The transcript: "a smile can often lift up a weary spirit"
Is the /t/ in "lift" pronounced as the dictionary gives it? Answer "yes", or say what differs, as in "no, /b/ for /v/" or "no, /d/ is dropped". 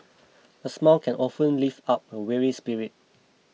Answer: no, /t/ is dropped